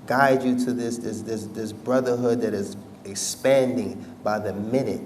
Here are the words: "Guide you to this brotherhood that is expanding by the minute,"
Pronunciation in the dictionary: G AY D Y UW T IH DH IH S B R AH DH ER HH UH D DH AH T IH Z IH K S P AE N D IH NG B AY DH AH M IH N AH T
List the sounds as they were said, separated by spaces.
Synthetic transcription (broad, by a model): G AY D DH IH S IH DH IH S B R AH DH ER HH UH D DH AH T IH Z IH K S P AE N D IH NG B AY DH AH M IH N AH T